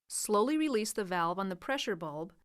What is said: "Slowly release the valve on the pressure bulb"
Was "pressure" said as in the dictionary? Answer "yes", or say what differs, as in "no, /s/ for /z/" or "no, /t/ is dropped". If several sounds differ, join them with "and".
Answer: yes